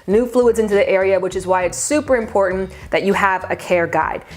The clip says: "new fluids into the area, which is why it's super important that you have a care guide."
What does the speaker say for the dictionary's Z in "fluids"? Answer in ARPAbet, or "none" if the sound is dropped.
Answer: Z